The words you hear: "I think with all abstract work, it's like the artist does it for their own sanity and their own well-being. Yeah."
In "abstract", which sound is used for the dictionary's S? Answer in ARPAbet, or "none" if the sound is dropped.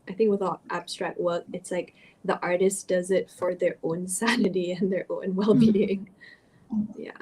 S